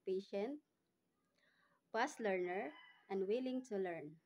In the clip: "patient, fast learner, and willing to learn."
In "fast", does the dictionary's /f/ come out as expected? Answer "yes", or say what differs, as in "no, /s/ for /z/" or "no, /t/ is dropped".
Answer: no, /p/ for /f/